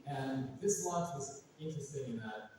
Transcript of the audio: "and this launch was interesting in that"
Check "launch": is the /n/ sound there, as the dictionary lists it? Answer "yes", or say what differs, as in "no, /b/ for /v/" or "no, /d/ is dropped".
no, /n/ is dropped